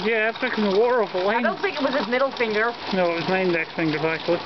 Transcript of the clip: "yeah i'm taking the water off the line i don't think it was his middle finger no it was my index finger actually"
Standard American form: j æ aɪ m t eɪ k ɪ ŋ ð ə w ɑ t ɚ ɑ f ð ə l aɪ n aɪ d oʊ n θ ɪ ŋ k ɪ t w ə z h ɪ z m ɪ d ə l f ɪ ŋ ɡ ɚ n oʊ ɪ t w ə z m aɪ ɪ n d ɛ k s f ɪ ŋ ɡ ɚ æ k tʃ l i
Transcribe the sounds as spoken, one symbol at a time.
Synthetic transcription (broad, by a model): j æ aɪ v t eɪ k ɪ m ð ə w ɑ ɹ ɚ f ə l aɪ aɪ d oʊ n θ ɪ ŋ k ɪ t w ə z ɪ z m ɪ d l f ɪ ŋ ɡ ɚ n oʊ ɪ t w ə z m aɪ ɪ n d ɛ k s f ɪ ŋ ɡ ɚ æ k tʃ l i